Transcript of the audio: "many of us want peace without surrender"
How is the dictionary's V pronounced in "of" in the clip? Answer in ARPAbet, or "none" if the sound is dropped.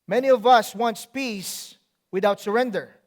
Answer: V